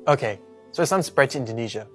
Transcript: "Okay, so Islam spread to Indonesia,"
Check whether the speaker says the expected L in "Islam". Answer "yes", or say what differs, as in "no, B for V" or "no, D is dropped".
no, L is dropped